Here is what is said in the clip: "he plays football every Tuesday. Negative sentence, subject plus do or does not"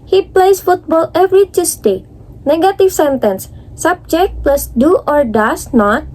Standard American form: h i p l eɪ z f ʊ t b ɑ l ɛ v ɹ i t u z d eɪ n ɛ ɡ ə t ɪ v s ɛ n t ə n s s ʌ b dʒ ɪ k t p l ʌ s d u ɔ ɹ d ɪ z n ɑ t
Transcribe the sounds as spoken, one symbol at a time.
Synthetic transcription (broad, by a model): h i p l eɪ s f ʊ t b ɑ l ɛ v ɹ i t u s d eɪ n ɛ ɡ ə t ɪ f s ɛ n t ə n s s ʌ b dʒ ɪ k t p l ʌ s d u ɔ ɹ d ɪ s n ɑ t